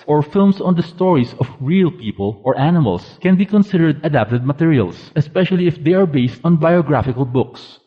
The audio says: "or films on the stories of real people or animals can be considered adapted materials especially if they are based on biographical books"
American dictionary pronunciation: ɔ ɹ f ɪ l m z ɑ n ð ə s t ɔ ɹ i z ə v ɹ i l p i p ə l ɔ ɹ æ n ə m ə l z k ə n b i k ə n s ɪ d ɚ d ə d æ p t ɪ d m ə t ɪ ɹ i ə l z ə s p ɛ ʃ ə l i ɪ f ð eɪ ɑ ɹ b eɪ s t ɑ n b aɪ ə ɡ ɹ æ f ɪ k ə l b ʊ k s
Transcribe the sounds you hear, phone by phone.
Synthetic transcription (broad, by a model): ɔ ɹ f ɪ l m s ɑ n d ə s t ɔ ɹ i s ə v ɹ i l p i p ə l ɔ ɹ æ n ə m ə l s k ə n b i k ə n s ɪ d ɚ d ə d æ p t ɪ d m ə t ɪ ɹ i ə l s ə s p ɛ ʃ ə l i ɪ f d eɪ ɑ ɹ b eɪ s t ɑ n b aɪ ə ɡ ɹ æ f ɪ k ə l b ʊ k s